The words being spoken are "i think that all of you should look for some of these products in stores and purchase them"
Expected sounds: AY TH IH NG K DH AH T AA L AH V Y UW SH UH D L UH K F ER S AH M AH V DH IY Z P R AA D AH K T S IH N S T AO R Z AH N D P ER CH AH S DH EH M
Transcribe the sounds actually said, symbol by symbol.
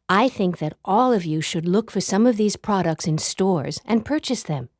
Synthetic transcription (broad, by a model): AY TH IH NG K DH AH T AA L AH V Y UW SH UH D L UH K F ER S AH M AH V DH IY Z P R AA D AH K T S IH N S T AO R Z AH N P ER CH AH S DH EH M